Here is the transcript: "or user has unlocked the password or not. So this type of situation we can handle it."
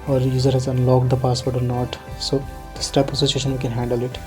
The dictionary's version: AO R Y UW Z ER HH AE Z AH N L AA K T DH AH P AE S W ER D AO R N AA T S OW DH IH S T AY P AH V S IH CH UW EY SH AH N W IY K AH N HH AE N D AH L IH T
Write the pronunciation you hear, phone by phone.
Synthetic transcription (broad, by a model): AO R Y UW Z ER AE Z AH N L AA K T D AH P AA S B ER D AO R N AA T S OW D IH S T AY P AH S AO S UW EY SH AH N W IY K AH N HH AE N D AH L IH T